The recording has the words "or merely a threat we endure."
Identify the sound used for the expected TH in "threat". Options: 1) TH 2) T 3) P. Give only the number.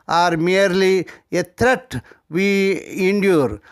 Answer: 2